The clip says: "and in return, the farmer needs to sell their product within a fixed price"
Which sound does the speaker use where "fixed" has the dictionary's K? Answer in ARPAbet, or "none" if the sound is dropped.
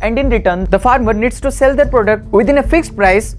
K